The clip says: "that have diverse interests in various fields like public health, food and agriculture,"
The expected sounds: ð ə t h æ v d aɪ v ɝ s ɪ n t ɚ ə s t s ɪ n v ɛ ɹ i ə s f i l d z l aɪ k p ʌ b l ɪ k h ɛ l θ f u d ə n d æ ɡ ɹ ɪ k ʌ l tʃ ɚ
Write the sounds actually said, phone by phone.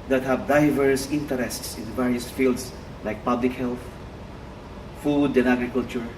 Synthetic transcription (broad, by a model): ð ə t h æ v d aɪ v ɝ s ɪ n t ɚ ə s t s ɪ n v ɛ ɹ i ə s f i l d s l aɪ k p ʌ b l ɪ k h ɛ l θ f u d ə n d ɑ ɡ ɹ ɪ k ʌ l tʃ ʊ